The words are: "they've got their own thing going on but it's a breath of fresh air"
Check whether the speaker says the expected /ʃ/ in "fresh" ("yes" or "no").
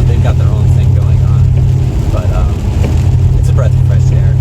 no